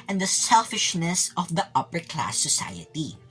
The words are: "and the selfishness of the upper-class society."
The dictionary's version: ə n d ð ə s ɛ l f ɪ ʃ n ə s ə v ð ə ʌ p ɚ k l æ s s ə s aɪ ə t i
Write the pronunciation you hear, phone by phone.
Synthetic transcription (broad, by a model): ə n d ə s ɛ l f ɪ ʃ n ə s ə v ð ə ʌ p ɚ k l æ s s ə s aɪ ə t i